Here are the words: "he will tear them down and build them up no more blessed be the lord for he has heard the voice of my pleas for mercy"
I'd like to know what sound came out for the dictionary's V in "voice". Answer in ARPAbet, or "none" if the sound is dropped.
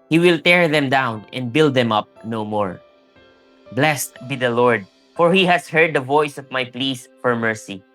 V